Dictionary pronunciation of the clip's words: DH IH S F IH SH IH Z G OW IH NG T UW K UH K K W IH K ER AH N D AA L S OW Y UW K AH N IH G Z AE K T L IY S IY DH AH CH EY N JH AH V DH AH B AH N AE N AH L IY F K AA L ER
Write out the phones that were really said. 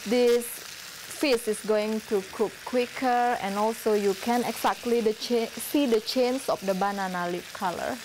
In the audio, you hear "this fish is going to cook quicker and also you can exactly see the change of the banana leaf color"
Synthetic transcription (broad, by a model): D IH S F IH S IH S G OW IH NG T UW K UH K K W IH K ER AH N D AA L S OW Y UW K AH N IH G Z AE K T L IY S IY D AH CH EY N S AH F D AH B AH N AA N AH L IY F K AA L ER